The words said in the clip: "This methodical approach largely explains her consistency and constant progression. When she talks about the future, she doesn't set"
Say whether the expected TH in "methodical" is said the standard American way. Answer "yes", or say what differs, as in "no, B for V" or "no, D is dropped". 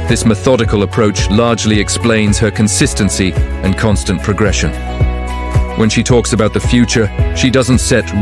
yes